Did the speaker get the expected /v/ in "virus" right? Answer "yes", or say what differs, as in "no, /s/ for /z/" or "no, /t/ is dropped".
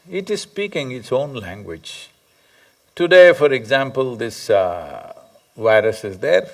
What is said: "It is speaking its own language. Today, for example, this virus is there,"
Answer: yes